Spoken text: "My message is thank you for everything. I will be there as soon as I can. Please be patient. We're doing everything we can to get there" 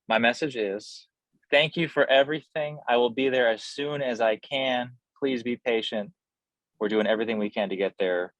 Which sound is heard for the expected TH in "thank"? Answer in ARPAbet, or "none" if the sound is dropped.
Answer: TH